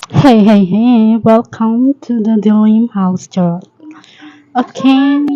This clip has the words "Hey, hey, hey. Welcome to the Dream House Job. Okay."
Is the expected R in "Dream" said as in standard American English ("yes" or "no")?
no